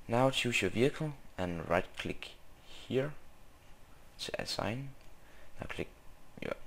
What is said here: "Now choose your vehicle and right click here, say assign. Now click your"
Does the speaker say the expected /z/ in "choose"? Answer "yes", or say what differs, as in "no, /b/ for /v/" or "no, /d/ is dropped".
no, /s/ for /z/